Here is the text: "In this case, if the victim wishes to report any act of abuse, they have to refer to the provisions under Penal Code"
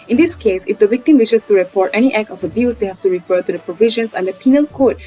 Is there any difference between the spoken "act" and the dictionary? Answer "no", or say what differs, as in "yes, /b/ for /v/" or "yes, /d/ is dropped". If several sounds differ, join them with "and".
yes, /t/ is dropped